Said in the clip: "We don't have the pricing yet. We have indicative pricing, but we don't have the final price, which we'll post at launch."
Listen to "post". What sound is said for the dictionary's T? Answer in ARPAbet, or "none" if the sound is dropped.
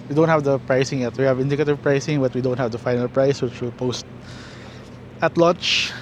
T